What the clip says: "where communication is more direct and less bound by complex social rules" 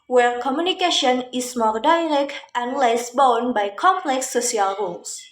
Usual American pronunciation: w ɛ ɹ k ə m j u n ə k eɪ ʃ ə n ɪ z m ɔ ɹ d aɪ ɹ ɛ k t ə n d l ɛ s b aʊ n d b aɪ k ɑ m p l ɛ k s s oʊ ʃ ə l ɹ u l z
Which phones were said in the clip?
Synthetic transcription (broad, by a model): w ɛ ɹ k ə m j u n ə k eɪ ʃ ə n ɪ s m ɔ ɹ d aɪ ɹ ɛ k t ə n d l ɛ s b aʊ n b aɪ k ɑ m p l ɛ k s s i ə l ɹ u l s